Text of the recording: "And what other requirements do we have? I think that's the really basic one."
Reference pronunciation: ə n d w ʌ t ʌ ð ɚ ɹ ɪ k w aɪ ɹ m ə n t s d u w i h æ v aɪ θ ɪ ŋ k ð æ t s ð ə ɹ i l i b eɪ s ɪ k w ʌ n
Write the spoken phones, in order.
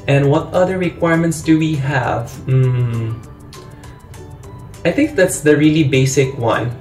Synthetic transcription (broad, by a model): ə n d w ʌ t ʌ ð ɚ ɹ ɪ k w aɪ ɹ m ə n t s d u w i h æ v aɪ θ ɪ ŋ k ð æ t s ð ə ɹ i l i b eɪ s ɪ k w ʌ n